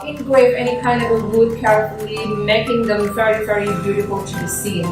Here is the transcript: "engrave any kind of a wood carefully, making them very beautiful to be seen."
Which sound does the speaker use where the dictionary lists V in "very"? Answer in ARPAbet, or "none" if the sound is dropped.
V